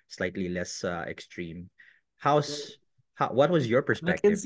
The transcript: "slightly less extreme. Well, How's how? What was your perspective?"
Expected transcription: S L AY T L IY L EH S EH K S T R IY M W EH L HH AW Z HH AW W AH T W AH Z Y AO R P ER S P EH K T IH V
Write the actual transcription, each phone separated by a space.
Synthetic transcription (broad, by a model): S L AY T L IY L EH S EH K S T R IY M HH AW S HH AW W AH T W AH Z Y AO R P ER S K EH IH